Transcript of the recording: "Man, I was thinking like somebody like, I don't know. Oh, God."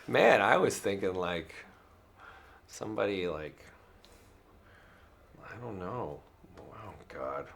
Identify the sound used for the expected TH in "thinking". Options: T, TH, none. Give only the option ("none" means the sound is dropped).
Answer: TH